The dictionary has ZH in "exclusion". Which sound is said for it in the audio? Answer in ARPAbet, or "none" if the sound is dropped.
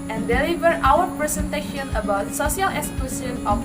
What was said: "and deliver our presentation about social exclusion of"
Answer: S